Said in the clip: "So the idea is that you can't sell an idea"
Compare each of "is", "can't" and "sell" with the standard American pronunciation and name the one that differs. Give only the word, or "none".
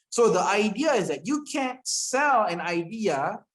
none